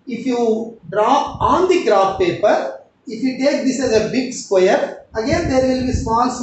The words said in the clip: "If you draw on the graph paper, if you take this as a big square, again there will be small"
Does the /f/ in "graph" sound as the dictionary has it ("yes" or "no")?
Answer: no